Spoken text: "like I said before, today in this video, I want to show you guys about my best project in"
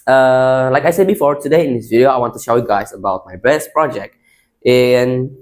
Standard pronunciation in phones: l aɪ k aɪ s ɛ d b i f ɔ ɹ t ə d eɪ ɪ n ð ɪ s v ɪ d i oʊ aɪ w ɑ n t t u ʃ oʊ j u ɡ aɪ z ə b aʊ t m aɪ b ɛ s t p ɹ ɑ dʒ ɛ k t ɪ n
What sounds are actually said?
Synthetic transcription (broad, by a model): l aɪ k aɪ s ɛ d b i f ɔ ɹ t ə d eɪ ɪ n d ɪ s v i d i oʊ aɪ w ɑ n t t u ʃ oʊ j u ɡ aɪ s ə b aʊ t m aɪ b ɛ s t p ɹ ɑ dʒ ɛ k t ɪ n